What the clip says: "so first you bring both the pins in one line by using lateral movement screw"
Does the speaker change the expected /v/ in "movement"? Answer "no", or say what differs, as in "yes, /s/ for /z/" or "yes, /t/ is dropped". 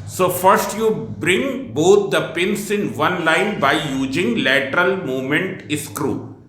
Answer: yes, /v/ is dropped